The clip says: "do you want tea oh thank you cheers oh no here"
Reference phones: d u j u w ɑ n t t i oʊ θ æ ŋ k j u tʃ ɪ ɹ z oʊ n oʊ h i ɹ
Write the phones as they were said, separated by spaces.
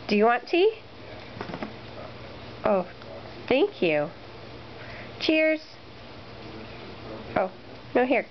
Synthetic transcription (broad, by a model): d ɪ j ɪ w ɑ n t t oʊ θ æ ŋ k j u tʃ ɪ ɹ z oʊ n oʊ h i ɹ